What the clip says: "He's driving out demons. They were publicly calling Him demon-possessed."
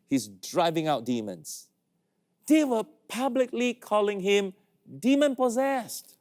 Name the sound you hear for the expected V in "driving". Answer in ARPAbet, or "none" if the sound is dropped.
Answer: V